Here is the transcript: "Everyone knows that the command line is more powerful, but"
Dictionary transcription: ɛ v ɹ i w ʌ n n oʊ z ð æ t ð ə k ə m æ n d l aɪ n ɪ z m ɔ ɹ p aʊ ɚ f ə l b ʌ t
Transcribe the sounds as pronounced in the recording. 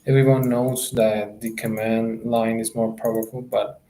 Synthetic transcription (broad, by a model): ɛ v ɹ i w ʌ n n oʊ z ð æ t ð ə k ə m æ n d l aɪ n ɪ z m ɔ ɹ p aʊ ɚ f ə l b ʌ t